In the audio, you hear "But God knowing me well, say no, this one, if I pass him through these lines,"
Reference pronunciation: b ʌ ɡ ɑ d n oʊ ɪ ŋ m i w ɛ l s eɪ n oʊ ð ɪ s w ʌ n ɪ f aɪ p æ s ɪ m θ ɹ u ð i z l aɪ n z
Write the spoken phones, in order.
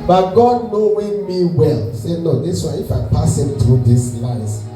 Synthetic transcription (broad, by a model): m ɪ ɡ ɑ d n oʊ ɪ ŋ m i w ɛ l s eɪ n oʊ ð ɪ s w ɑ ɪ ɪ f aɪ p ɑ s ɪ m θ ɹ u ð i s l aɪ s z